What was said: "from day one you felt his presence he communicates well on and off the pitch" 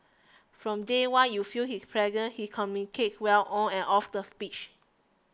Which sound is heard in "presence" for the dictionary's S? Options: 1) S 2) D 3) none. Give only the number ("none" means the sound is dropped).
3